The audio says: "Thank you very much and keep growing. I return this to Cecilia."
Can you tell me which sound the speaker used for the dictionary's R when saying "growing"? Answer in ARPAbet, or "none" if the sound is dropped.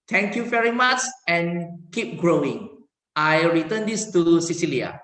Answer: R